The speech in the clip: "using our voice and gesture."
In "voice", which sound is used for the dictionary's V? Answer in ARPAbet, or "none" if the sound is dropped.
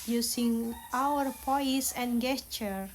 P